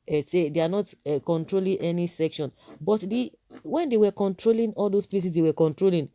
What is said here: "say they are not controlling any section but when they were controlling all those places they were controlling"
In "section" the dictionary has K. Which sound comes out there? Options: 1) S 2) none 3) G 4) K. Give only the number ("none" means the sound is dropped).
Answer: 4